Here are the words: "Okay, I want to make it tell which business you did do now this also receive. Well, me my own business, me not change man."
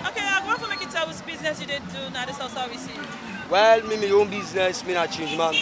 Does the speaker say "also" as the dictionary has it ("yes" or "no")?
no